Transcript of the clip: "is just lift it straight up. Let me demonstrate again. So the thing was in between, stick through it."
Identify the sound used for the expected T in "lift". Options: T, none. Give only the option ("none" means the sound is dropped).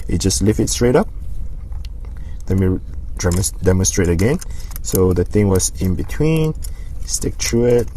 none